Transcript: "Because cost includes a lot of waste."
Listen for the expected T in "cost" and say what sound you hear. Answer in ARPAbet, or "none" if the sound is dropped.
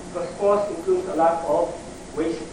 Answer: none